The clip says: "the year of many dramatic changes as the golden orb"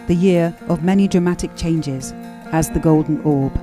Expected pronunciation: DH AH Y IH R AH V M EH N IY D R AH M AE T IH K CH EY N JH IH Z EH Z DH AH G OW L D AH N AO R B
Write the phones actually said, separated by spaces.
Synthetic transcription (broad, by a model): DH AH Y IH R AH V M EH N IY D R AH M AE T IH K CH EY N JH IH Z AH Z DH AH G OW L D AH N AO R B